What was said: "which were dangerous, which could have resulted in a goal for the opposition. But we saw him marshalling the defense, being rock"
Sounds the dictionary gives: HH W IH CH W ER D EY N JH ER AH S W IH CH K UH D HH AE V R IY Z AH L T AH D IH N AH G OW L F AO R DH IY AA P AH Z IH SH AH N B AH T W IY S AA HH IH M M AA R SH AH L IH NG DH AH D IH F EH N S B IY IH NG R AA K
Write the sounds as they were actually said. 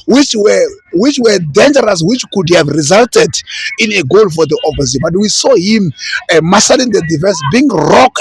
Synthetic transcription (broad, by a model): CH W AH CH W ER D EY N JH ER AH S W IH CH K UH D HH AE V R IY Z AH L T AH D IH N AH G OW L F AO R DH IY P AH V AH S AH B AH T W IY S AA HH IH M M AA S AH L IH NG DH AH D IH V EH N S B IY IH NG R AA K